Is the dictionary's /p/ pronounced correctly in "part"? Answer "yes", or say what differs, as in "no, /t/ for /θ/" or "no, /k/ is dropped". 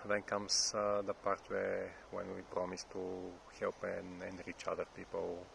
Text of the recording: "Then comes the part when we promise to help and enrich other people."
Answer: yes